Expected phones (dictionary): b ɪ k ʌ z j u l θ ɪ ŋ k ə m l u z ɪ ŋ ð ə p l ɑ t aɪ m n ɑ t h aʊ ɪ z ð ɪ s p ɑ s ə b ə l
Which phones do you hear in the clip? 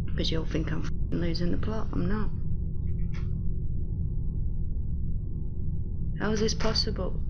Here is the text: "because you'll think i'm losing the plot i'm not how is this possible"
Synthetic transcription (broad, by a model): k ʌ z j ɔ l f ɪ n k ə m l u z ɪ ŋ ð ə p l ɑ t aɪ m n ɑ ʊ h aʊ ɪ z ð ɪ s p ɑ s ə b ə l